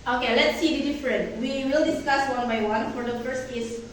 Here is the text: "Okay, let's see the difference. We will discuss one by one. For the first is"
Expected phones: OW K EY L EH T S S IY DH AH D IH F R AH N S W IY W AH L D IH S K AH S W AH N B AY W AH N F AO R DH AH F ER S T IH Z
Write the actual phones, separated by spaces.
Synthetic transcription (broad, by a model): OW K EY L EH T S S IY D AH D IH F R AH N W IY W AH L D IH S K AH S W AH N B AY W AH N F AO R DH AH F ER S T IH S